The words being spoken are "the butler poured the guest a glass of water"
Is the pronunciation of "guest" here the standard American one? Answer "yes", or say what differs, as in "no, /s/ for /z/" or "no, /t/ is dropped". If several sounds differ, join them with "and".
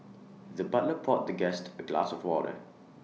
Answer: yes